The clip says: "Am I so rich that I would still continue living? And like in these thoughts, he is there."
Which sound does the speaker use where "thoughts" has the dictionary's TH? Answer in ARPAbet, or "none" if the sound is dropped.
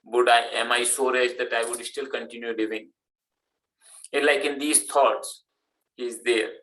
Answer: T